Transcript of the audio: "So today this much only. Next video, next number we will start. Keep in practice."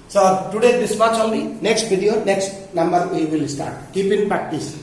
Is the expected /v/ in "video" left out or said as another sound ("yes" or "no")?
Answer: yes